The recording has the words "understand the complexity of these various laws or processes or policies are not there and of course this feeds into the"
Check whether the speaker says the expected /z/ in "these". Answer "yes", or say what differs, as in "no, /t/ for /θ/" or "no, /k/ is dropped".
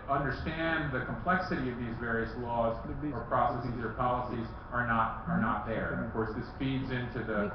yes